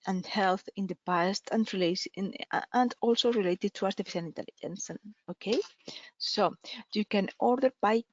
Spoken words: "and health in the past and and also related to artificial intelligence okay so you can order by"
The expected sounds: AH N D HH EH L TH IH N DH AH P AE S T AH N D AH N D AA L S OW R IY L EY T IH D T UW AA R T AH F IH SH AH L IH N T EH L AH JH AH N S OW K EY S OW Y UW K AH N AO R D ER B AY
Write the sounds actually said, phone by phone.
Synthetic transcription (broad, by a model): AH N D HH EH L TH IH N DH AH P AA S T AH N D AH N D AA L S OW R IY L EY T IH D T UW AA R T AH F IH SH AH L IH N T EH L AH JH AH N S OW K EY S OW Y UW K AH N AO R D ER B AY